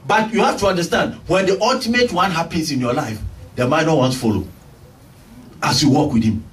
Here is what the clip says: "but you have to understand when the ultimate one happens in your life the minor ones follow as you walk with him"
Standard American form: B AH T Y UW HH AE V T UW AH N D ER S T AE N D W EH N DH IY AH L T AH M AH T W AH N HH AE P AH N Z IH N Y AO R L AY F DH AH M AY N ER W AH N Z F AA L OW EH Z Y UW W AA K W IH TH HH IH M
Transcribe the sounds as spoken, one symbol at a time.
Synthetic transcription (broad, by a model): B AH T Y UW HH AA F T UW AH N D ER S T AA N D W EH N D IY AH L T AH M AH T W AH N HH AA P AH N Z IH N Y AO L AY F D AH M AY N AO W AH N S F AA L OW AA S Y UW W AA K W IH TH HH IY M